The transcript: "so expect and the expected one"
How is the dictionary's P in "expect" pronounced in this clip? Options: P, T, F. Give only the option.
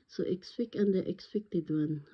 F